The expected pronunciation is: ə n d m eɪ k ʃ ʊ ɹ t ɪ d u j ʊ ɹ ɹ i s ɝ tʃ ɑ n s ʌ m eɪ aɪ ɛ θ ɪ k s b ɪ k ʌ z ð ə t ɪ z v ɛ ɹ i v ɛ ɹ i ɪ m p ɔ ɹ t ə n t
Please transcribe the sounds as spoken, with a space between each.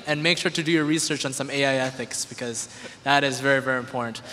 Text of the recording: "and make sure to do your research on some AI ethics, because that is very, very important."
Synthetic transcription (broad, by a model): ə n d m eɪ k ʃ ʊ ɹ t ɪ d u j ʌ ɹ ɹ i s ɝ tʃ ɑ n s ʌ m eɪ aɪ ɛ θ ɪ k s b ɪ k ʌ z ð ə t ɪ z v ɛ ɹ i v ɛ ɹ i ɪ m p ɔ ɹ t n t